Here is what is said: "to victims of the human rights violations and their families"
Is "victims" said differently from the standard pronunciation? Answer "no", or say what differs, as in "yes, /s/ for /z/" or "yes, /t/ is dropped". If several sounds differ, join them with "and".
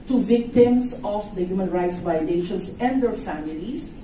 yes, /s/ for /z/